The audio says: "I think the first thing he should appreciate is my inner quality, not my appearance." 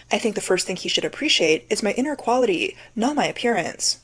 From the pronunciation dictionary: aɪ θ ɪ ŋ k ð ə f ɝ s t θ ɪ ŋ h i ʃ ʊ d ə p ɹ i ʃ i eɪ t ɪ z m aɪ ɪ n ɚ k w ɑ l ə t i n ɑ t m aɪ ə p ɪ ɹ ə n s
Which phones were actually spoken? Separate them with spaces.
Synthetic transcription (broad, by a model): aɪ θ ɪ ŋ k ð ə f ɝ s t θ ɪ ŋ h i ʃ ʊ d ə p ɹ i ʃ i eɪ t ɪ z m aɪ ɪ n ɚ k w ɑ l ə t i n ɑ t m aɪ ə p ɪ ɹ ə n s